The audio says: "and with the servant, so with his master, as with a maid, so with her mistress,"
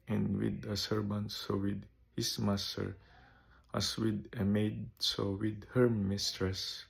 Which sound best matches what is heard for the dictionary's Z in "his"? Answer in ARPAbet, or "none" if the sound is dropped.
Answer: S